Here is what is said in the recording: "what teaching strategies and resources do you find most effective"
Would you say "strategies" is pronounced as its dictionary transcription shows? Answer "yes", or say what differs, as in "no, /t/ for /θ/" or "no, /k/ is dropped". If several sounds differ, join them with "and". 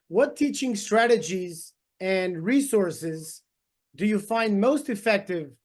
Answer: yes